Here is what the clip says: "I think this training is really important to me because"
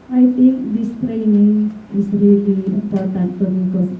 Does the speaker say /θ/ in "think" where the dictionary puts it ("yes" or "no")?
no